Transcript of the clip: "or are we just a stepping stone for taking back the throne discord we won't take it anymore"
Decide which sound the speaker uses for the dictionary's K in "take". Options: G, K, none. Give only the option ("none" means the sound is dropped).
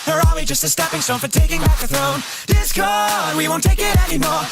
K